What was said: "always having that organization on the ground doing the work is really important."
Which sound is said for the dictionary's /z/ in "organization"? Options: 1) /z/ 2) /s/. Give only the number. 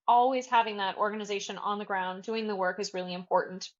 1